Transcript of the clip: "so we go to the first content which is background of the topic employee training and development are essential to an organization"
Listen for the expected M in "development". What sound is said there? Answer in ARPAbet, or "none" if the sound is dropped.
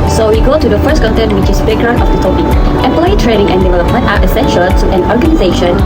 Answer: none